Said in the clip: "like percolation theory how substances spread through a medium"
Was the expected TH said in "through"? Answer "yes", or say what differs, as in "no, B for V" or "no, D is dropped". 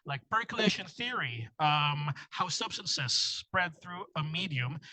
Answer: yes